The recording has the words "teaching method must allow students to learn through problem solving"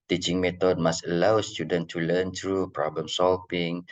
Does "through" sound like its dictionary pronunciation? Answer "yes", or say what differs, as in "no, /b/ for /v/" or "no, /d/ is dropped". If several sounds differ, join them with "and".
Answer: no, /t/ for /θ/